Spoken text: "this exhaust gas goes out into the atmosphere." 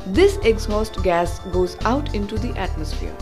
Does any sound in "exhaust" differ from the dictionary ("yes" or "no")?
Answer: no